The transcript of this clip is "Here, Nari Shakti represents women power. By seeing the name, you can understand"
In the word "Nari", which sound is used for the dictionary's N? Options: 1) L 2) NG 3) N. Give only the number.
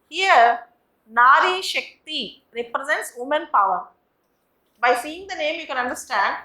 3